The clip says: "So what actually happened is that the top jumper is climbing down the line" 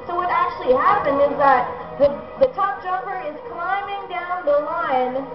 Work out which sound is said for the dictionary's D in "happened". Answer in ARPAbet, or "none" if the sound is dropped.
D